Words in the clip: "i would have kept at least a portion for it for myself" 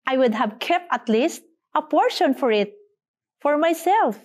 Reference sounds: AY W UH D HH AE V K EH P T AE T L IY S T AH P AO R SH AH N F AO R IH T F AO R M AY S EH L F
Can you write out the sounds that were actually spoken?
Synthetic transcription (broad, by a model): AY W UH D HH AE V K EH P T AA T L IY S T AH P AO R SH AH N F AO R IH T F AO R M AY S EH L F